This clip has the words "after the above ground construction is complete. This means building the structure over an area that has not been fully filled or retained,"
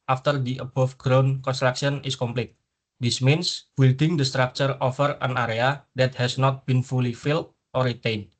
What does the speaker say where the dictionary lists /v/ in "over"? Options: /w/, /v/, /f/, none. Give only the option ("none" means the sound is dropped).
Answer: /f/